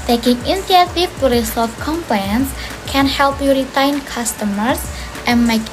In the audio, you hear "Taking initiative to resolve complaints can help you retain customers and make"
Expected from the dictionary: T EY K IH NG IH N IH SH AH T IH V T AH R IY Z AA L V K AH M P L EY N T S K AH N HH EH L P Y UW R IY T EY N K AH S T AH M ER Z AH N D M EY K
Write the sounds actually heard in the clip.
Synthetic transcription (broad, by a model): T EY K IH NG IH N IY AH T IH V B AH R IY S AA V K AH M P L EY N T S K AH N HH EH L P Y UW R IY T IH N K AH S T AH M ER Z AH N M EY K